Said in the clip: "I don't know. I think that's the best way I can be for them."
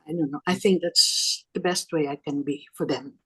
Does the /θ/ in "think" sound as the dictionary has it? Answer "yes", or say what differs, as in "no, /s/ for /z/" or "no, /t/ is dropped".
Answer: yes